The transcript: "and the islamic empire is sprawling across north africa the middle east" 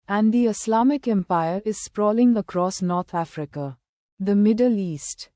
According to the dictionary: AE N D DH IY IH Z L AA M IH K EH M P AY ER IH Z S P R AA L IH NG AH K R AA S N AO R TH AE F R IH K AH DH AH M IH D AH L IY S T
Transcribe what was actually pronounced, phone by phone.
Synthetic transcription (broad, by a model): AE N D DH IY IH S L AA M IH K EH M P AY ER IH Z S P R AA L IH NG AH K R AA S N AO R T AE F R IH K AH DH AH M IH D AH L IY S T